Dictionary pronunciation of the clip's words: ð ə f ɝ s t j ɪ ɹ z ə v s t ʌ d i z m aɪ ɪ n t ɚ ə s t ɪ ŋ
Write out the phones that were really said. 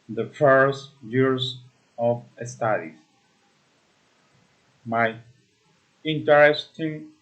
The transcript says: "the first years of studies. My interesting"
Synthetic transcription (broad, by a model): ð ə f ɝ s t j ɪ ɹ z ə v s t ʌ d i m aɪ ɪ n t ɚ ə s t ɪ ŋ